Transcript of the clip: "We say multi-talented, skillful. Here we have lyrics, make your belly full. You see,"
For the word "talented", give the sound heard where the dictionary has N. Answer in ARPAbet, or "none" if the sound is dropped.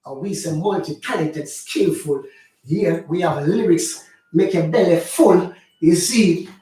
none